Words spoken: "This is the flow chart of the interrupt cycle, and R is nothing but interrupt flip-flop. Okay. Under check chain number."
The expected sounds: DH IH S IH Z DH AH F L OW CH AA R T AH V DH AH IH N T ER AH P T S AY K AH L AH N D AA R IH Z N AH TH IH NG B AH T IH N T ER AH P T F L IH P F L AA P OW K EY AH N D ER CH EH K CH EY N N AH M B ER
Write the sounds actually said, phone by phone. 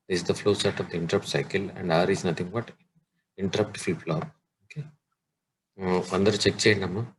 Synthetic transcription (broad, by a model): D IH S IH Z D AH F L OW S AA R T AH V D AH IH N T ER AH P T S AY K AH L AH N D AA R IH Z N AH T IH NG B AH T IH N T ER AH P T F IY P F L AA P OW K EY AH N D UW CH EH K CH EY N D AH M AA